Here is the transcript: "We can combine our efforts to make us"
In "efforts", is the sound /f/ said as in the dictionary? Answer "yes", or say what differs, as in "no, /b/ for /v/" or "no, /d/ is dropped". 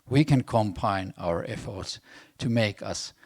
yes